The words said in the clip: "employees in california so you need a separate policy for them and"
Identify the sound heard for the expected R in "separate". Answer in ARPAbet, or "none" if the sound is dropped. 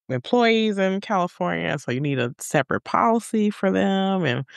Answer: R